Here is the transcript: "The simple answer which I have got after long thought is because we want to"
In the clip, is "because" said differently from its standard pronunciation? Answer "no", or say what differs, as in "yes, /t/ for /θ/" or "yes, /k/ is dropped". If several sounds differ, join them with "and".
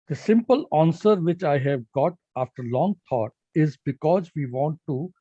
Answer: no